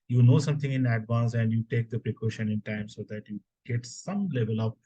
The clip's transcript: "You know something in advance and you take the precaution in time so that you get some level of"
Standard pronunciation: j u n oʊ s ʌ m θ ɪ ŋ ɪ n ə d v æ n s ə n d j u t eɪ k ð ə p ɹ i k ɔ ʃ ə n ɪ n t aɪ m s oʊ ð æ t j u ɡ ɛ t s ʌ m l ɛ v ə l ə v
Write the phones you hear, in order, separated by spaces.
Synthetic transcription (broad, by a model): j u n oʊ s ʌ m t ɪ ŋ ɪ n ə d v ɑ n s ə n d j u t eɪ k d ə p ɹ i k ɔ ʃ ə n ɪ n t aɪ m s oʊ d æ t j u ɡ ɛ t s ʌ m l ɛ v ə l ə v